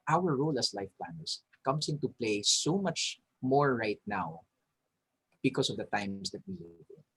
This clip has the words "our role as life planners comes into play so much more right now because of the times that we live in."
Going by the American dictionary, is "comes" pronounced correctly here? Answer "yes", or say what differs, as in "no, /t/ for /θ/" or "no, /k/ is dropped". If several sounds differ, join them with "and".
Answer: no, /s/ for /z/